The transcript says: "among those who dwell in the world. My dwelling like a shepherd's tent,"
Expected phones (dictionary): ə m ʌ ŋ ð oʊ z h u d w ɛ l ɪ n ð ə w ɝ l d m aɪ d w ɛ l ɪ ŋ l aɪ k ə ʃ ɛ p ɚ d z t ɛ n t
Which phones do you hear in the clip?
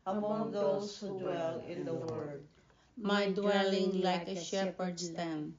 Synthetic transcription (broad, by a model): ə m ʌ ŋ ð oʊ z h u d w ɛ l ɪ n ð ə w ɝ d m aɪ d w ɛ l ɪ ŋ l aɪ k ə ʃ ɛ p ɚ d s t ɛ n